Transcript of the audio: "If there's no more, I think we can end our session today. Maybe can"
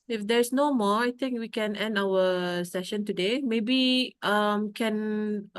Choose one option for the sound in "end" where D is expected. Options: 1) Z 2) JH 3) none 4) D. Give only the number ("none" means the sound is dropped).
4